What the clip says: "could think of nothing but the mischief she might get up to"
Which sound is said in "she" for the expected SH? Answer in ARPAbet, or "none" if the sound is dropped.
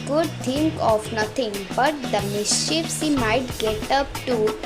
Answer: S